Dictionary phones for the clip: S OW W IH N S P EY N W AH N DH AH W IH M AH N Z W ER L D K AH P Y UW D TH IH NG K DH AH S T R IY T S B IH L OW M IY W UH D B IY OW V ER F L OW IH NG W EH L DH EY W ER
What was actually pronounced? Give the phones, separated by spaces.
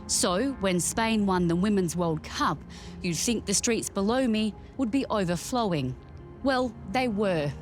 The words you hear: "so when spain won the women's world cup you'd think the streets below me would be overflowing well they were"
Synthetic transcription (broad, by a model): S OW W IH N S P EY N W AH N DH AH W IH M AH N Z W ER L D K AH P Y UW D TH IH NG K DH AH S T R IY T S B IH L OW M IY W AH D B IY OW V ER F L OW IH NG W EH L DH EY W ER